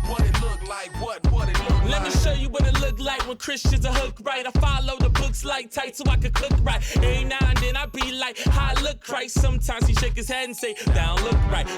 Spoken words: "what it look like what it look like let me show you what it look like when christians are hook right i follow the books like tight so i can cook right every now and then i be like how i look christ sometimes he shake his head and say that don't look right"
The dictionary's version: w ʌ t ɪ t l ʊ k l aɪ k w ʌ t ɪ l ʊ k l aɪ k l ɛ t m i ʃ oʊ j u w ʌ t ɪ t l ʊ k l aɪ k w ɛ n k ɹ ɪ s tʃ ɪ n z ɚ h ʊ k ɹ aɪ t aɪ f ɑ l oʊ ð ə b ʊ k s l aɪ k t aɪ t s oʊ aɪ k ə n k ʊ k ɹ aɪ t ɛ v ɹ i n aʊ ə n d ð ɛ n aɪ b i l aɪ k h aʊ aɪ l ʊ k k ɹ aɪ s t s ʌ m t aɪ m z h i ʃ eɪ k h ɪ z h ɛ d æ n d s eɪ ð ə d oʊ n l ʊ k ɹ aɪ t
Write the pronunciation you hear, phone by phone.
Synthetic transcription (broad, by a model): w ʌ t ɪ t l ʊ k l aɪ k w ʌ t ɪ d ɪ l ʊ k l ɛ t m i ʃ oʊ j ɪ w ʌ t ɪ t l ʊ k l aɪ k w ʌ n k ɹ ɪ s tʃ ɪ n z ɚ h ʊ k ɹ aɪ t aɪ f ɑ l oʊ ð ə b ʊ k s l aɪ k t aɪ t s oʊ aɪ k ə k ʊ k ɹ aɪ t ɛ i n aʊ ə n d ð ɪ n aɪ b i l aɪ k h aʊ aɪ l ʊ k k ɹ aɪ t s ʌ m t aɪ m z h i ʃ eɪ k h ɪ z h æ n d s eɪ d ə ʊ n l ʊ k ɹ aɪ t